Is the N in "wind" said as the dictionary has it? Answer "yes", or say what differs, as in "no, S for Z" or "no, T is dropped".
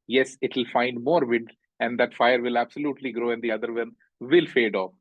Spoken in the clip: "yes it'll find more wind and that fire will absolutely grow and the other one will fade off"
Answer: no, N is dropped